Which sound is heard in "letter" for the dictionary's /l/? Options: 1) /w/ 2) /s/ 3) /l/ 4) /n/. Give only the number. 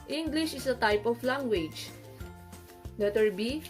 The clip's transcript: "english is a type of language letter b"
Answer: 4